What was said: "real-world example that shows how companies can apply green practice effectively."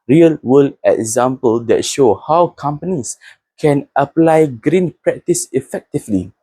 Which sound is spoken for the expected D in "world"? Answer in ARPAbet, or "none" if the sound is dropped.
none